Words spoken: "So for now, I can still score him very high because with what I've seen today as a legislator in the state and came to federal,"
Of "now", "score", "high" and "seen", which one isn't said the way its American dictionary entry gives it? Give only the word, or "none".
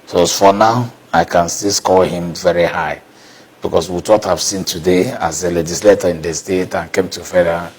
score